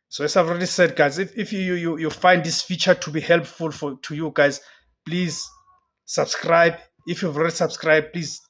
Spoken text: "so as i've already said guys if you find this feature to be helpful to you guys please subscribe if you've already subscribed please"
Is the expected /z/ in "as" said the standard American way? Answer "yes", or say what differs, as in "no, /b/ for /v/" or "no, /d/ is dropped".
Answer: no, /s/ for /z/